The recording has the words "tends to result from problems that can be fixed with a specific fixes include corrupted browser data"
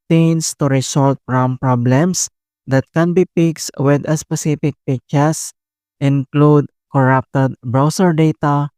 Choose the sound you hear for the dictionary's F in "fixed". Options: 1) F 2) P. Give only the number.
2